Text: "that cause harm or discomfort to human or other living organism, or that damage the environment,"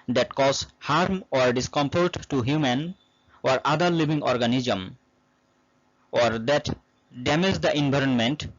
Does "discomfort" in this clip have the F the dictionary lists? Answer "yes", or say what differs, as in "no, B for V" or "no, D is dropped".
no, P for F